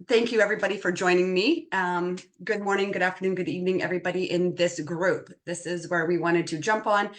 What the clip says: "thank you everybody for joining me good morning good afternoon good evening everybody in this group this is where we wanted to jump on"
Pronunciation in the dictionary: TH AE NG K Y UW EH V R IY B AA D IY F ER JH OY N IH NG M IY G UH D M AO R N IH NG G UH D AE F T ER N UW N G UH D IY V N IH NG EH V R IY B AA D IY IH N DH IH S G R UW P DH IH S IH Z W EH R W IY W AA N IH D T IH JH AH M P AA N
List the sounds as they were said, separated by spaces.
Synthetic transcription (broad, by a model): TH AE NG K Y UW EH V R IY B AA D IY F ER JH OY N IH NG M IY G UH D M AO R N IH NG G UH D AE F T ER N UW N G UH D IY V N IH NG EH V R IY B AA D IY IH N DH IH S G R UW P DH IH S IH Z W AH R W IY W AA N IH D T IH JH AH M P N